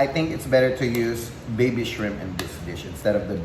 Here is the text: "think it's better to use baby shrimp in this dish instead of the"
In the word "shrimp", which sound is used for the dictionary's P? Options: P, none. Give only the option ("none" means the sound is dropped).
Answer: none